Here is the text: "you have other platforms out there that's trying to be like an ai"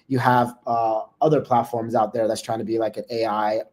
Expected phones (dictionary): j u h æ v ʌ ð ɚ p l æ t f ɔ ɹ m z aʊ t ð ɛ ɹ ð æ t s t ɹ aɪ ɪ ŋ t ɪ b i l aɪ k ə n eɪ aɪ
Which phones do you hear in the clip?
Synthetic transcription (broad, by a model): j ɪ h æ v ʌ ð ɚ p l æ t f ɔ ɹ m z aʊ t ð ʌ ɹ ð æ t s t ɹ aɪ ɪ ŋ t ɪ b i l aɪ k ə n eɪ aɪ